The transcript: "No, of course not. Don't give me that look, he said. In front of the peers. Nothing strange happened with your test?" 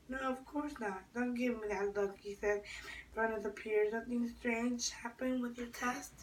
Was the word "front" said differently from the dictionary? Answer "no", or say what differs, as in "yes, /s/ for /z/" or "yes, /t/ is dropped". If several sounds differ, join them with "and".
yes, /t/ is dropped